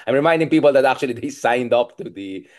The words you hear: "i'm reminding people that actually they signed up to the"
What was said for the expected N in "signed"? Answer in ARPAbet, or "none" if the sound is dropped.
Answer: N